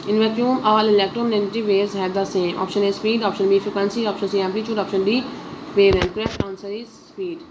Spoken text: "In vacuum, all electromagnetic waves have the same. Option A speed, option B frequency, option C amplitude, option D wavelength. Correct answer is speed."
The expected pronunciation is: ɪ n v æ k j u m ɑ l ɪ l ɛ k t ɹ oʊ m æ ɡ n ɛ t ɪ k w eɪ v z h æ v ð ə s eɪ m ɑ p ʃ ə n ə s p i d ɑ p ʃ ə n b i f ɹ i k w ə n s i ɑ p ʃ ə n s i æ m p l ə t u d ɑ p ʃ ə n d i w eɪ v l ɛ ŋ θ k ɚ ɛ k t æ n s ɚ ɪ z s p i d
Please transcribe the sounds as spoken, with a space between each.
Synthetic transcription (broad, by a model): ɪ n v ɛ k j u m ɑ l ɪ l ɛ k t ɹ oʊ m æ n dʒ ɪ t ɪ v eɪ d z h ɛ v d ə s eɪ m ɑ p ʃ ə n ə s p i d ɑ p ʃ ə n b i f i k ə n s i ɑ p ʃ ə n s i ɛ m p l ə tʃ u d ɑ p ʃ ə n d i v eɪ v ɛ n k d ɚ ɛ t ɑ n s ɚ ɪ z s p i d